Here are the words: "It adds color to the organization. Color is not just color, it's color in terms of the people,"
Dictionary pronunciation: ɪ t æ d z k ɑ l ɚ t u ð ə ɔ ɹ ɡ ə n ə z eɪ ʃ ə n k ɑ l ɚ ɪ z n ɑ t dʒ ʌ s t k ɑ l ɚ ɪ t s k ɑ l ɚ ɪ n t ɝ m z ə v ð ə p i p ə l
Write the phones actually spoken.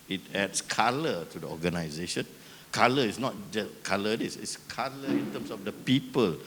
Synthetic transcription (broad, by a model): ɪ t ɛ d s k ɑ l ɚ t u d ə ɔ ɡ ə n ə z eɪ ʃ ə n k ɑ l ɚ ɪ s n ɑ t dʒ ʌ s k ɑ l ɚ ɪ t s k ɑ l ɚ ɪ n t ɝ m s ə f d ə p i p ə l